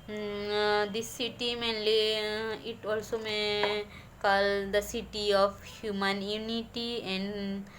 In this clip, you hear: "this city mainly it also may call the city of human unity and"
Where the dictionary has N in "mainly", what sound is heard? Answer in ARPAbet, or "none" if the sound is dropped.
N